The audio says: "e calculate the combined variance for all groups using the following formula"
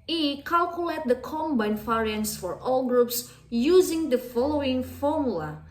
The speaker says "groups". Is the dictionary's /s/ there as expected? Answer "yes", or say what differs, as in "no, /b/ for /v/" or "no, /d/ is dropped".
yes